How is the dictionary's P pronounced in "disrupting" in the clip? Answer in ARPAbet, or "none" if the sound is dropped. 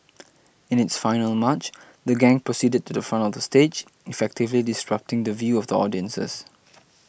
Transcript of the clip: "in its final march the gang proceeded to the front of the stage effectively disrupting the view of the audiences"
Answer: P